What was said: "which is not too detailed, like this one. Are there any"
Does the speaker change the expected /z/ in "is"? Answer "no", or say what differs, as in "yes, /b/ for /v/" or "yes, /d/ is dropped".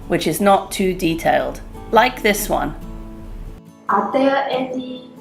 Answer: no